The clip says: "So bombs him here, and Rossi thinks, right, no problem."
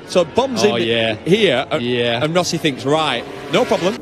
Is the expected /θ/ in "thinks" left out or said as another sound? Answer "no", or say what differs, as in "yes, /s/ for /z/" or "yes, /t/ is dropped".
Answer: no